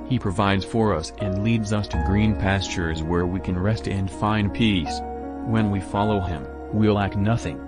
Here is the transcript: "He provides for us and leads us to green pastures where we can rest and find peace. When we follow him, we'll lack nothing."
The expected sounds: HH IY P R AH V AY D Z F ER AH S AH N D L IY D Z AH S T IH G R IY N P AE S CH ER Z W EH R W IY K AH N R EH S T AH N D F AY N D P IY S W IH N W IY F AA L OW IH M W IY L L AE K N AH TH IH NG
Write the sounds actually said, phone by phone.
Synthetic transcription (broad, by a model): HH IY P R AH V AY D Z F ER AH S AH N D L IY D Z AH S T IH G R IY N P AE S CH ER Z W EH R W IY K AH N R EH S T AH N F AY N P IY S W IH N W IY F AA L OW IH M W IY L L AE K N AH TH IH NG